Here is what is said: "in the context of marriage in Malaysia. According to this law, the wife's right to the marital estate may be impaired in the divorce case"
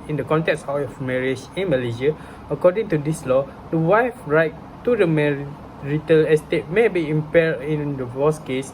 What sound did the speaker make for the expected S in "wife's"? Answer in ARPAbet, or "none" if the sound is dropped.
none